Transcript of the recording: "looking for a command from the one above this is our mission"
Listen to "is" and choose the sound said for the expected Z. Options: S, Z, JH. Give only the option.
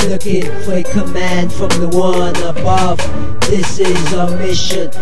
Z